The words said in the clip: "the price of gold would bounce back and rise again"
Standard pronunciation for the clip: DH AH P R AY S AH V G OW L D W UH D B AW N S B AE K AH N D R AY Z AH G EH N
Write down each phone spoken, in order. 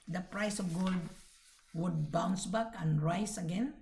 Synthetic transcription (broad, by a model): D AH P R AY S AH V G OW L D W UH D B AW N S B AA K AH N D R AY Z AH G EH N